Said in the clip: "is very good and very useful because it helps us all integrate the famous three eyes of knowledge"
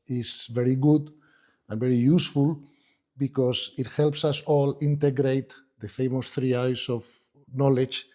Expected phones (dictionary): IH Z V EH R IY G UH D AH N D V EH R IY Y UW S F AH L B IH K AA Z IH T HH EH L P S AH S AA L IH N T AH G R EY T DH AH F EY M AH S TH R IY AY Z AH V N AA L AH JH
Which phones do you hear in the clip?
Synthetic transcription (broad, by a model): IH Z V EH R IY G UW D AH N V EH R IY Y UW S F AH L B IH K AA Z IH T HH EH L P S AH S AA L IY N T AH G R EY T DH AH F EY M AH S TH R IY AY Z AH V N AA L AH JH